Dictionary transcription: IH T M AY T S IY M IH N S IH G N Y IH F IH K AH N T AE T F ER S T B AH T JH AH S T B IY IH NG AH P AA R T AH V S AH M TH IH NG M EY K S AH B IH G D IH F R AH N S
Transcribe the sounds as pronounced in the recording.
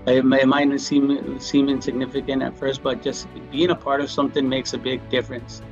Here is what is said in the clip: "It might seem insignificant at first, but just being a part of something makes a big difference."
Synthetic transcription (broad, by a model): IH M M AY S S IY M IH N S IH G N IH F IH K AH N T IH T F ER S T B AH T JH AH S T B IY IH NG AH P AA R T AH V S AH M TH IH NG M EY K S AH B IH G D IH F R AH N S